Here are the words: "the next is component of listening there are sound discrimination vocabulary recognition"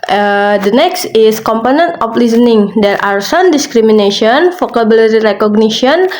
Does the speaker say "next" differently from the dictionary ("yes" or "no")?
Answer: no